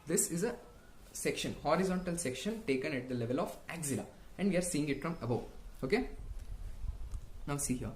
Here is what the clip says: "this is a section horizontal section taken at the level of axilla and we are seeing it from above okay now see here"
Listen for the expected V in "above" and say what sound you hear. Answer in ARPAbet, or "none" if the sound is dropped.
none